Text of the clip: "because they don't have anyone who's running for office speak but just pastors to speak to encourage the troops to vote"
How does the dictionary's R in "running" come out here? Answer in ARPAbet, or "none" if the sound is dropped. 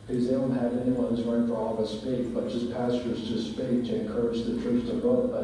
L